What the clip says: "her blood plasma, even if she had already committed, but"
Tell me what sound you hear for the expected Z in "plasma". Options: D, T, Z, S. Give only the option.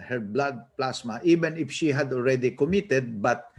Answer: S